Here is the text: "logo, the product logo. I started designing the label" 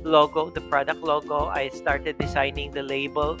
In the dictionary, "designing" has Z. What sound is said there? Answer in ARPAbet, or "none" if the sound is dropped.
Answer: S